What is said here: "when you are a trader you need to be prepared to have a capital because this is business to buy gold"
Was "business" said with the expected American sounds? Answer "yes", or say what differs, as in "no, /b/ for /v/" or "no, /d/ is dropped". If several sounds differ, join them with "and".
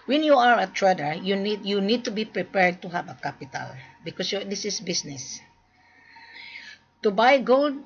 no, /s/ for /z/